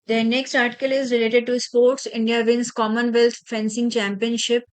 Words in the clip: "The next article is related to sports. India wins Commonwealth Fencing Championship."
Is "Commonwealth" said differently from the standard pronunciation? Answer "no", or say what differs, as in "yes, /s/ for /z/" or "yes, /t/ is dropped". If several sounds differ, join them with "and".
yes, /t/ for /θ/